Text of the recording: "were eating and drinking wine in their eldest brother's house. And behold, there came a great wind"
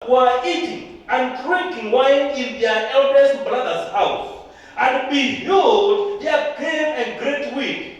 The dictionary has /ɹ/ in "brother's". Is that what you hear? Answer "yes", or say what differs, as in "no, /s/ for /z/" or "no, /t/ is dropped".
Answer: no, /l/ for /ɹ/